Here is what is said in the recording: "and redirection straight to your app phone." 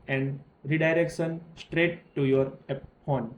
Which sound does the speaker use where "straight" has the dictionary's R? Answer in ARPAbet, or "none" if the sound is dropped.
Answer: R